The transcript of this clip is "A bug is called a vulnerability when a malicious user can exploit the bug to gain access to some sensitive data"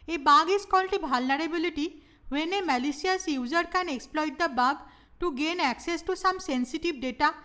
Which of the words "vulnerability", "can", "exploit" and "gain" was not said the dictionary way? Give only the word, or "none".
vulnerability